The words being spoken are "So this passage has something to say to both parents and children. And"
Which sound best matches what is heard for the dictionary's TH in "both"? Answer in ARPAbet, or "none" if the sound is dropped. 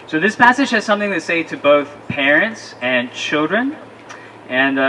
TH